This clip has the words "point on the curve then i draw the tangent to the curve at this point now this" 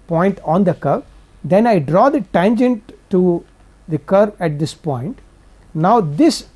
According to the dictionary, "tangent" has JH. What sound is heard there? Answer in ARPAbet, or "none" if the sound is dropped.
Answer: JH